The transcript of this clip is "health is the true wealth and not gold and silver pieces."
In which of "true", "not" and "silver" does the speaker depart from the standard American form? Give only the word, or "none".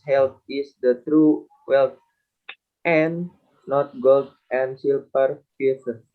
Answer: silver